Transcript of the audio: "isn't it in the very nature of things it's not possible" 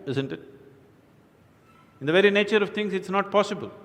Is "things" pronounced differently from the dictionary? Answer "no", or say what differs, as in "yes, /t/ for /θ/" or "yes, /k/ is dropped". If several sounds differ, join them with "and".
yes, /t/ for /θ/